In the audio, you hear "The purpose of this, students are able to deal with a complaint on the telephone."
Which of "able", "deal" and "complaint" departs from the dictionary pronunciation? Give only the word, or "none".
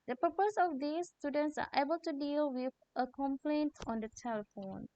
none